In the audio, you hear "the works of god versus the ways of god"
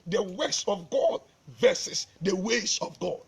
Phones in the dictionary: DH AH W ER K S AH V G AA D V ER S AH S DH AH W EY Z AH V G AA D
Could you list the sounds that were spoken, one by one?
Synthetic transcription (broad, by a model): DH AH W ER S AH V G AA D V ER S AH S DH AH W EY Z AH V G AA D